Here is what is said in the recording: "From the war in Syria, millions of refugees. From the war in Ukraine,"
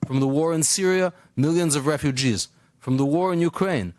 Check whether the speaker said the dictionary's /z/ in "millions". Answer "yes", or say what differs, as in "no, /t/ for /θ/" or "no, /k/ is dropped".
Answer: yes